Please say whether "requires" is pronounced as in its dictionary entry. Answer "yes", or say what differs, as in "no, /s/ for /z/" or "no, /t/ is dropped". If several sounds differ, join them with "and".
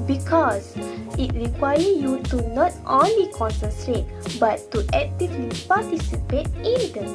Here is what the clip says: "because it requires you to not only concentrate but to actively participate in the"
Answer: no, /z/ is dropped